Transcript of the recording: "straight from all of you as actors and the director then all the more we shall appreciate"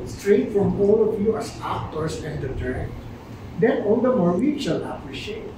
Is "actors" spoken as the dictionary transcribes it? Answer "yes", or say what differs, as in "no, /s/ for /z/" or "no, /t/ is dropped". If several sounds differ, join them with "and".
no, /s/ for /z/